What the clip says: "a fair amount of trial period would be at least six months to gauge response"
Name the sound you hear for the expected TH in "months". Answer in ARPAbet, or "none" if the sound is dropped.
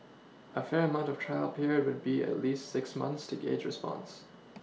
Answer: TH